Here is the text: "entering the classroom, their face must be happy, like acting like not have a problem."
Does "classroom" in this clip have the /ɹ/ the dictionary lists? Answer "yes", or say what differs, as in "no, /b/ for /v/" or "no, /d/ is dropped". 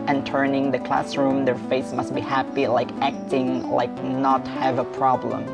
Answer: yes